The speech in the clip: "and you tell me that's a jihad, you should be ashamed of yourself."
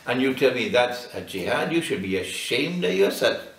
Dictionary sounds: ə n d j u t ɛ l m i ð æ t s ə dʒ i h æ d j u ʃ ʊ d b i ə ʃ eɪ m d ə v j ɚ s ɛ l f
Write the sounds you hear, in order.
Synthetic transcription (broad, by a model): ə n j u t ɛ l m i ð æ t s ə dʒ i h æ d j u ʃ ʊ d b i ə ʃ eɪ m d ə v j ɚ s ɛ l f